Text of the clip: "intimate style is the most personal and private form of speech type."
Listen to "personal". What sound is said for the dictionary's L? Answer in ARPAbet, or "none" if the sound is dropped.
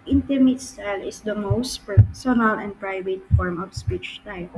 L